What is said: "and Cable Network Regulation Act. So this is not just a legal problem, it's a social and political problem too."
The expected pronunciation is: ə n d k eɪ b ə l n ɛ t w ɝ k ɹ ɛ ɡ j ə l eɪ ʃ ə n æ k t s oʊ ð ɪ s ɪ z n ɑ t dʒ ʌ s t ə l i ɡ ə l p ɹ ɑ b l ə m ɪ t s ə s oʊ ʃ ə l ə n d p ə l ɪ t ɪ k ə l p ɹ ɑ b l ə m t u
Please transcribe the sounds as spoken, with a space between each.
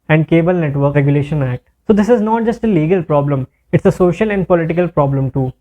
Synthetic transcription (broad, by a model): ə n d k eɪ b ə l n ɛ t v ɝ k ɹ ɛ ɡ j ə l eɪ ʃ ə n æ k t s oʊ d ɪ s ɪ z n ɑ t dʒ ʌ s t ə l i ɡ ə l p ɹ ɑ b l ə m ɪ t s ə s oʊ ʃ ə l ə n d p ə l ɪ t ɪ k ə l p ɹ ɑ b l ə m t u